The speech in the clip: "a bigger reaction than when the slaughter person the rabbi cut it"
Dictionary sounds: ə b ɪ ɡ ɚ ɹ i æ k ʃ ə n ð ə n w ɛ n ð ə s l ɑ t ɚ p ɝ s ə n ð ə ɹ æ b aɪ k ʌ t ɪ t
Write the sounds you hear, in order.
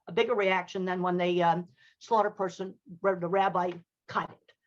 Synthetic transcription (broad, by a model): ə b ɪ ɡ ɚ ɹ i æ k ʃ ə n ð ə n w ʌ n ð ə s l ɑ t ɚ p ɝ s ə n ð ə ɹ æ b aɪ k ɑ ɪ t